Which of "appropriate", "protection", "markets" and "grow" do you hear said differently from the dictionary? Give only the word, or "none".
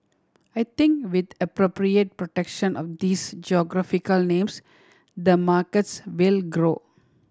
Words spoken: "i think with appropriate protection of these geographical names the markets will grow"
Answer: none